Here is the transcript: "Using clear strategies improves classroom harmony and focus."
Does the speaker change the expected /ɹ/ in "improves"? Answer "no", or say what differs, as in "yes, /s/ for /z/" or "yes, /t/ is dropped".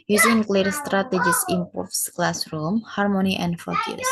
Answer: yes, /ɹ/ is dropped